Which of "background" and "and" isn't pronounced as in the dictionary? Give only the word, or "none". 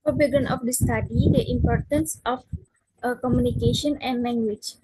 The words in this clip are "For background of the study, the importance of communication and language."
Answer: background